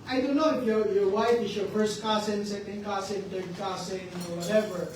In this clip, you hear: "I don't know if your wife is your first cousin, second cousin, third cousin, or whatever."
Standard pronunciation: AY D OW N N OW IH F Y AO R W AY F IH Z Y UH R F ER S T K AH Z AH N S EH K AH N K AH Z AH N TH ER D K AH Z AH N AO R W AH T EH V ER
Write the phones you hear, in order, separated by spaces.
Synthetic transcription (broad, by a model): AY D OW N N OW IH F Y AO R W AY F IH S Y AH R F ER S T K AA S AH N S EH K AH N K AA S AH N T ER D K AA S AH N AO R W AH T EH V ER